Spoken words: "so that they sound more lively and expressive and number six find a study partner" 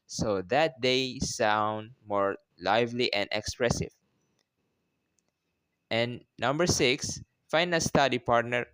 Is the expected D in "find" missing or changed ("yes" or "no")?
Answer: yes